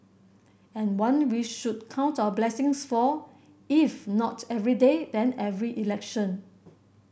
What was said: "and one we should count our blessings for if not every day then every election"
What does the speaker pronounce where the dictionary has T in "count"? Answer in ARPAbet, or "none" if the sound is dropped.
T